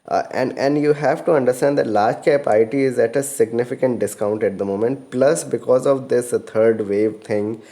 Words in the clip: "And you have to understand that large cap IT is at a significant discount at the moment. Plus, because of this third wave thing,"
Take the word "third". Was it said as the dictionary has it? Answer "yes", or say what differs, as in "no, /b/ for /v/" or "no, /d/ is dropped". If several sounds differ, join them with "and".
no, /t/ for /θ/